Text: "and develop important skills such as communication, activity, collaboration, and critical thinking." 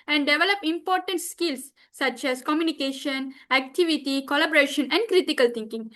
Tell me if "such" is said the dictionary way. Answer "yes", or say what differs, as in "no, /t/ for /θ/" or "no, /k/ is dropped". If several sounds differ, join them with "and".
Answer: yes